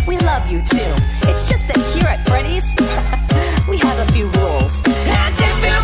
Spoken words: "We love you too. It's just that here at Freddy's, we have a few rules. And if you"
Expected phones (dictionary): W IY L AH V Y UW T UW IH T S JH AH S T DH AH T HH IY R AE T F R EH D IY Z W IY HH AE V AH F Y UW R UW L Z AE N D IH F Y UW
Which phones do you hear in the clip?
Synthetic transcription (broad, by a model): W IY L AH V Y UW T UW IH T S JH AH S T DH AH T HH IY R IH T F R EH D IY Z W IY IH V AH F Y UW R UW L Z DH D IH